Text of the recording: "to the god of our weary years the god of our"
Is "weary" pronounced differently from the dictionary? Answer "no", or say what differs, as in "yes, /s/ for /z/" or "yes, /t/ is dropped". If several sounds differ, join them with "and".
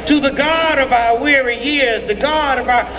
no